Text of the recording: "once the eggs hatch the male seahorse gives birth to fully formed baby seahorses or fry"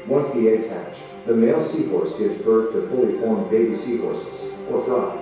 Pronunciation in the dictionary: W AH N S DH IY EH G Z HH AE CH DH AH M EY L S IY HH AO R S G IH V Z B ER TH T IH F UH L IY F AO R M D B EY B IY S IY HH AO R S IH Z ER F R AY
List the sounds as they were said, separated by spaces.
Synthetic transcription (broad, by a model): W AH N S DH IY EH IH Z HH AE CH DH AH M EY L S IY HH AO R S G IH V Z B ER TH T IH F UH L IY F AO R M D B EY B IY S IY HH AO R S IH Z ER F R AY